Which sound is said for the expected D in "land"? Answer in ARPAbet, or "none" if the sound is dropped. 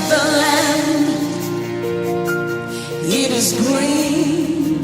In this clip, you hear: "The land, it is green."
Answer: none